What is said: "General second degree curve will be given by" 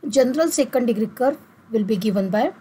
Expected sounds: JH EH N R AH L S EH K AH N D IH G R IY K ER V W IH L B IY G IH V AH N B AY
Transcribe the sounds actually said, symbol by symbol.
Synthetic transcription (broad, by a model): JH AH N R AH L S EH K AH N D IH G R IY K ER V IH L B IY G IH V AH N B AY